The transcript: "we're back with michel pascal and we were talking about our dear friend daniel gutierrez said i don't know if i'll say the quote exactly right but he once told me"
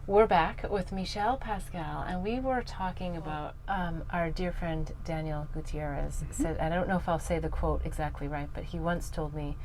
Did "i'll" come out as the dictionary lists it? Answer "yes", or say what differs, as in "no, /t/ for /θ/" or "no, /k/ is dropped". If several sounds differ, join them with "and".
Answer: yes